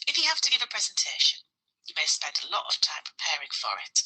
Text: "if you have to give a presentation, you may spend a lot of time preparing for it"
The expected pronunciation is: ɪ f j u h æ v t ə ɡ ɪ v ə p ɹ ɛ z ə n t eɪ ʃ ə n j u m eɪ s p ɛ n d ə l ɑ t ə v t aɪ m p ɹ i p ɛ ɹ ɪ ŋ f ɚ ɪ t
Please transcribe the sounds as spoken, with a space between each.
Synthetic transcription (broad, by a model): ɪ f j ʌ h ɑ f t ə ɡ ɪ v ə p ɹ ɛ z ə n t eɪ ʃ ə n j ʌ m eɪ s p ɛ n d ə l ɑ t ə v t aɪ m p ɹ i p ɛ ɹ ɪ ŋ f ɚ ɪ t